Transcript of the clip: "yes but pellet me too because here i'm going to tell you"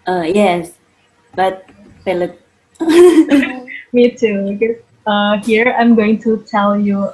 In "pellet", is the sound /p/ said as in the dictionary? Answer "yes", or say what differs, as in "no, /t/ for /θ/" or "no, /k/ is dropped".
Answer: no, /f/ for /p/